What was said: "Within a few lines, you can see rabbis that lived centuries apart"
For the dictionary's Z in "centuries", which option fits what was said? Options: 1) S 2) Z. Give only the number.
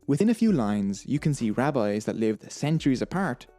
2